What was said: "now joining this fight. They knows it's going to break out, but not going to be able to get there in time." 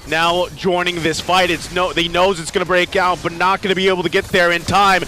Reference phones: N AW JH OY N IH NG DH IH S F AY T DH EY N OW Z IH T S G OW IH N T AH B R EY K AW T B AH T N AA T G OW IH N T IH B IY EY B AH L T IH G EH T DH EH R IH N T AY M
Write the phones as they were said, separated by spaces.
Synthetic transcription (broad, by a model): N AW JH OY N IH NG DH IH S F AY T DH EY N OW Z IH T S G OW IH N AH B R EY K AW T B AH T N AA T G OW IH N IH B IY EY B L T IH G EH T DH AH R IH N T AY M